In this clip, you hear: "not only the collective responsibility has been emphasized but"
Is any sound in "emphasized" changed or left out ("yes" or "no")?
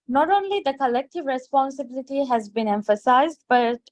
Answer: no